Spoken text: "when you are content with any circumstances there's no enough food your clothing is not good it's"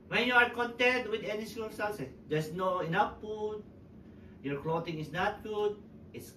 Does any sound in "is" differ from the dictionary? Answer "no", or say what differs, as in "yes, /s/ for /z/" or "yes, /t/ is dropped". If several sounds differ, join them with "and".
yes, /s/ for /z/